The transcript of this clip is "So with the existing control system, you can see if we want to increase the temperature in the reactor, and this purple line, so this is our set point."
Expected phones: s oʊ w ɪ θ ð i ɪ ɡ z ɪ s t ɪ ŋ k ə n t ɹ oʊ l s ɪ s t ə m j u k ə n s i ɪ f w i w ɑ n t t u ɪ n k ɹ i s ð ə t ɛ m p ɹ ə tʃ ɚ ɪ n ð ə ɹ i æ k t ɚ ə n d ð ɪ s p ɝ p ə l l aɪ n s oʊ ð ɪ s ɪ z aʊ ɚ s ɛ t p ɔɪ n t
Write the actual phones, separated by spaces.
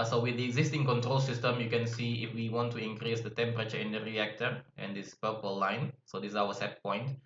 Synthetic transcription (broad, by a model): s oʊ w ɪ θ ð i ɪ ɡ z ɪ s t ɪ ŋ k ə n t ɹ oʊ l s ɪ s t ə m j u k ə n s i ɪ f w i w ɑ n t t u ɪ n k ɹ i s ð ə t ɛ m p ɹ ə tʃ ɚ ɪ n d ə ɹ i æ k t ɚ ə n d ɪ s p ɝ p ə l l aɪ n s oʊ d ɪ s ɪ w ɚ s ɛ t p ɔɪ n t